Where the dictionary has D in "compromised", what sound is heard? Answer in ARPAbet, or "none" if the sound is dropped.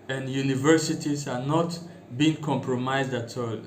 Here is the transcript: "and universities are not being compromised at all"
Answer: D